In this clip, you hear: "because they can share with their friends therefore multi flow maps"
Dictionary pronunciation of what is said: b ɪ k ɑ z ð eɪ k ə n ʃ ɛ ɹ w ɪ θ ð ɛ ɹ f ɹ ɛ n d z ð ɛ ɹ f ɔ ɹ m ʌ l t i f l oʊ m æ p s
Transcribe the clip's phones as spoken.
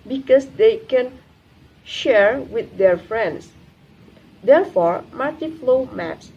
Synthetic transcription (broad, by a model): b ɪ k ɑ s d eɪ k ə n ʃ ɛ ɹ w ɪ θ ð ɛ ɹ f ɹ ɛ n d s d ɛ ɹ f ɔ ɹ m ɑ t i f l oʊ m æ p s